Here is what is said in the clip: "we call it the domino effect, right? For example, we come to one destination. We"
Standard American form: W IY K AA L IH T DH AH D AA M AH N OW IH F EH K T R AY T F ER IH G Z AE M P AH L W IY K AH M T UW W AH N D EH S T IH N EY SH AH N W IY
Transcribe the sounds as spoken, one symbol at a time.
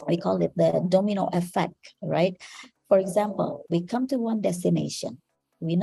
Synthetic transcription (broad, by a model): W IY K AA L IH T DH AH D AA M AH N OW IH F EH K T R AY T F ER IH G Z AE M P AH L W IY K AH M T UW W AH N D EH S T IH N EY SH AH N W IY